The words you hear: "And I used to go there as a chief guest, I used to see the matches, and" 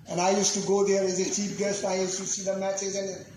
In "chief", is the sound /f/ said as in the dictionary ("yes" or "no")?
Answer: no